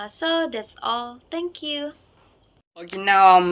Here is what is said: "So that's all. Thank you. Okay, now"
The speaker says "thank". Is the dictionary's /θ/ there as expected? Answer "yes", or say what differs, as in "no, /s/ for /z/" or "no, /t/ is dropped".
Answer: no, /t/ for /θ/